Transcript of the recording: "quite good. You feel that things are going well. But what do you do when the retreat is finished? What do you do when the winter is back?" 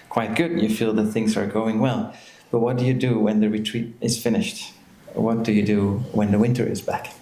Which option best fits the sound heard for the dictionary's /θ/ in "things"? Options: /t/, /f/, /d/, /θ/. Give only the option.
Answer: /θ/